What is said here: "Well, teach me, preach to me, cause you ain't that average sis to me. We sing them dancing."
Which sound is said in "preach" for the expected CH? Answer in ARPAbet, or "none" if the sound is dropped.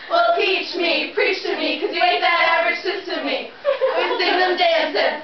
CH